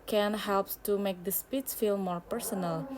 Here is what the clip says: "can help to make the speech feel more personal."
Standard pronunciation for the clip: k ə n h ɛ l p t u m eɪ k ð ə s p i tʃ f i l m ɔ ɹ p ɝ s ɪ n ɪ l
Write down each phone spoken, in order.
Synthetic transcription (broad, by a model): k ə n h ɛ l p t u m eɪ k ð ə s p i s f i l m ɔ ɹ p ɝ s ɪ n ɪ l